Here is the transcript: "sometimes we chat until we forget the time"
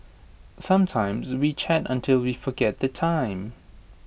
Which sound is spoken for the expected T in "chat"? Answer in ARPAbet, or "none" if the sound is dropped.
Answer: T